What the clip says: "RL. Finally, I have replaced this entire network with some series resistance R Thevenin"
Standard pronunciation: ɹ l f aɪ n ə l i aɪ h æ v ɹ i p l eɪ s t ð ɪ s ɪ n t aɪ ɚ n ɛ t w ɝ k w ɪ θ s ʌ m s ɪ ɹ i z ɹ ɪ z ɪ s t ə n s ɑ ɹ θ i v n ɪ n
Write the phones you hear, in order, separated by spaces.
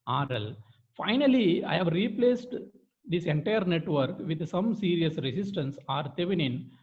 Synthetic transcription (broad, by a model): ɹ l f aɪ n ə l i aɪ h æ v ɹ i p l eɪ s t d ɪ s ɪ n t aɪ ɚ n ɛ t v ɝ k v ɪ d s ʌ m s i ɹ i s ɹ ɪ s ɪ s t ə n s ɑ ɹ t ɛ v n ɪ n